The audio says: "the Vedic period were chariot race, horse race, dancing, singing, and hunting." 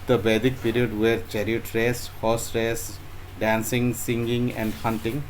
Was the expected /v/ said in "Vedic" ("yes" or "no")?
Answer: no